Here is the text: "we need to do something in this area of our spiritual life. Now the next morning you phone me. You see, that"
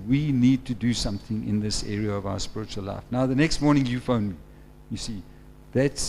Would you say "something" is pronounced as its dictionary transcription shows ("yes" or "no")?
yes